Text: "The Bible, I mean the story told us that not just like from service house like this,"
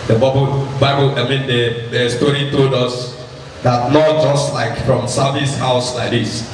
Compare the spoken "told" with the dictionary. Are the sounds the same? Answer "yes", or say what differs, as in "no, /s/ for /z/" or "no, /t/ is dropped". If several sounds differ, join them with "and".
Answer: yes